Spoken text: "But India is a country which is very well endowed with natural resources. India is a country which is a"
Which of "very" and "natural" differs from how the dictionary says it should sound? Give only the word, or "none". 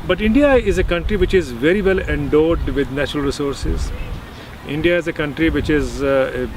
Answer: none